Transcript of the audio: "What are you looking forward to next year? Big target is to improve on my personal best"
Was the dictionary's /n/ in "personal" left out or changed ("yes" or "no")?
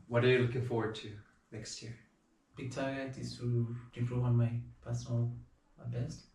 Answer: yes